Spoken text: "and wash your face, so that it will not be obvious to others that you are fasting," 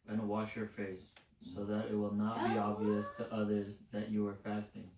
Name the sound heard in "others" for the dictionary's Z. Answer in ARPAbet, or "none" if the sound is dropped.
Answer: Z